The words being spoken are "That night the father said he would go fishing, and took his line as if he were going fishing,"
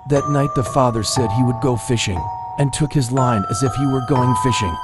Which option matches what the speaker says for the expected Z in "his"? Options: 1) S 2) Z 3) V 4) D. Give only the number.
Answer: 2